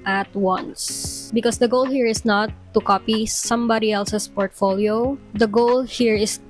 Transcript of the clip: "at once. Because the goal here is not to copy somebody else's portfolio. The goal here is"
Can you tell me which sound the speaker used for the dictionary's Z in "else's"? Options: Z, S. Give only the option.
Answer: S